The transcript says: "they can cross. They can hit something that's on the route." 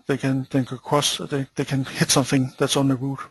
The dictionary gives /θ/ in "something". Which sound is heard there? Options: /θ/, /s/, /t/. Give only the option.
/θ/